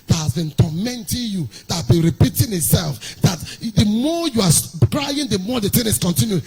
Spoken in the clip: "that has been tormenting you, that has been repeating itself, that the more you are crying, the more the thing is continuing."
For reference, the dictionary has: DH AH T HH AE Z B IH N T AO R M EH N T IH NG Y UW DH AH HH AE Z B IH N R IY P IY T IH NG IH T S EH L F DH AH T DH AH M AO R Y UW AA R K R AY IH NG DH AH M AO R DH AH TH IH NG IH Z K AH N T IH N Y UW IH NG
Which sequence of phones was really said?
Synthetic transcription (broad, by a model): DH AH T HH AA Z B IH N T AO M EH N T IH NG Y UW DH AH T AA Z B IH N R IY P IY T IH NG IH T S EH L F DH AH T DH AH M AO Y UW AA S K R AY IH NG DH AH M AO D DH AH T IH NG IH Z K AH N T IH N Y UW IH